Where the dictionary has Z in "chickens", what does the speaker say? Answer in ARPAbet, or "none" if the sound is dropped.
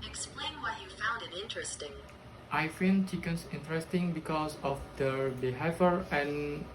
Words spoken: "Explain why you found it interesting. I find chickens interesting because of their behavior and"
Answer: S